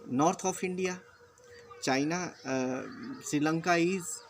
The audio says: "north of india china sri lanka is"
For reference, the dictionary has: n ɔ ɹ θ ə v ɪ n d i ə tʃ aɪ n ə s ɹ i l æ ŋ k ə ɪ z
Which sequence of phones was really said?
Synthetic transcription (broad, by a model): n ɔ ɹ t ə p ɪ n d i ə tʃ aɪ n ə s ɹ i l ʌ ŋ k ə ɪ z